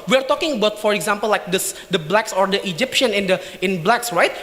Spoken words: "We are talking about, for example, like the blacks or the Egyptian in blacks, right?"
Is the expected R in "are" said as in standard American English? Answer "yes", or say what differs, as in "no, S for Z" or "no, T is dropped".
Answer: yes